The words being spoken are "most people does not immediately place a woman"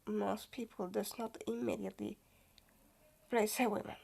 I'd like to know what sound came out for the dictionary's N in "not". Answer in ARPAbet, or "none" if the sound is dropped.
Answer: N